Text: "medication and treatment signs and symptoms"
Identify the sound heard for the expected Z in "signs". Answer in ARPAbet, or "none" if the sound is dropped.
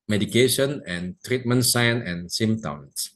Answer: none